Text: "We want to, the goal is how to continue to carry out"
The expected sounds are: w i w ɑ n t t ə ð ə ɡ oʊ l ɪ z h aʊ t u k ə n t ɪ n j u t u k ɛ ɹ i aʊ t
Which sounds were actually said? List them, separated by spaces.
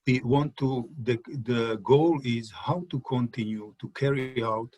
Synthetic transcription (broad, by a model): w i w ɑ n t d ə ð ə ɡ oʊ l ɪ z h aʊ t u k ə n t ɪ n j u t u k ɛ ɹ i aʊ t